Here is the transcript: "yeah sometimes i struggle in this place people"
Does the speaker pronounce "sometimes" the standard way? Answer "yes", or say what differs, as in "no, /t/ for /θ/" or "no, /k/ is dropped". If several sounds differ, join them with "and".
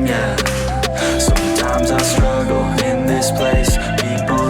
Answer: yes